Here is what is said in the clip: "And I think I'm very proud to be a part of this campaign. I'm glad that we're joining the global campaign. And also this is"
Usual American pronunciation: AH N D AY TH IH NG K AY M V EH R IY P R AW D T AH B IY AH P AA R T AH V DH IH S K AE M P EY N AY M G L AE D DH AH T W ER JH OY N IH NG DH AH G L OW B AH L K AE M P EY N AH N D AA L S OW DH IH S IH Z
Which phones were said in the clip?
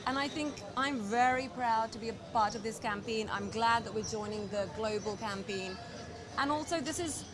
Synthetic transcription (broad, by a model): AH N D AY TH IH NG K AY M V EH R IY P R AW D T AH B IY AH P AA R T AH V DH IH S K AE M P EY N AY M G L AE D DH AH T W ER JH OY N IH NG DH AH G L OW B AH L K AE M P EY N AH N AA L S OW DH IH S IH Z